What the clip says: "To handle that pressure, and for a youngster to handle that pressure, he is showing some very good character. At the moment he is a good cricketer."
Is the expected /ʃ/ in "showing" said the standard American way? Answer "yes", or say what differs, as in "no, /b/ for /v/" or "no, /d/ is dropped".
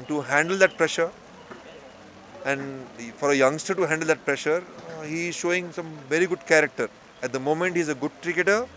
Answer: yes